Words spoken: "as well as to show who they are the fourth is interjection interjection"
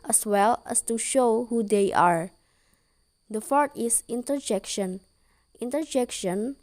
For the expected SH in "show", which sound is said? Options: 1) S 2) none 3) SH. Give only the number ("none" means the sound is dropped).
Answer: 3